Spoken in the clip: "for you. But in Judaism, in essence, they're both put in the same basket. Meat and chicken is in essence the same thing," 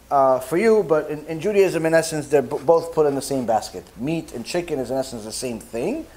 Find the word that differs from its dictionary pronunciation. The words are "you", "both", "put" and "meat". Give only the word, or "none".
none